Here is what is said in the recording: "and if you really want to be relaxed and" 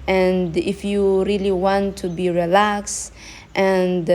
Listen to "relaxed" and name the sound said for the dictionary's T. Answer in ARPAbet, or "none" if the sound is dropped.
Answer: T